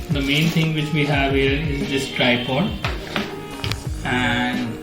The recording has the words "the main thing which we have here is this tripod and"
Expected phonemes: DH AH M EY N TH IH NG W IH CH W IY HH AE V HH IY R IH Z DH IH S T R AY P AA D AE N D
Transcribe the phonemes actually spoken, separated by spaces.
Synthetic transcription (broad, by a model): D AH M EY N T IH NG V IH CH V IY HH AE V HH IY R IH Z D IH S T R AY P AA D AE N D